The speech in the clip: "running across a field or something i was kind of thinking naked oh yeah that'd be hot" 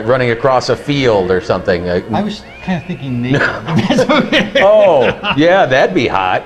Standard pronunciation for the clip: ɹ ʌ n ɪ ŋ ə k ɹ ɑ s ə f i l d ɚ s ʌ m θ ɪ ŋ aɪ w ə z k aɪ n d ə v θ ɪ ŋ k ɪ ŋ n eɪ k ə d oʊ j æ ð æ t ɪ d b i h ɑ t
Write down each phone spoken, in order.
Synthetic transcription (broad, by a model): ɹ ʌ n ɪ ŋ ə k ɹ ɑ s ə f i l d ɚ s ʌ m θ ɪ ŋ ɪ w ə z k aɪ n d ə θ ɪ ŋ k ɪ ŋ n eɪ ə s oʊ j æ ð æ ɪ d b i h ɑ t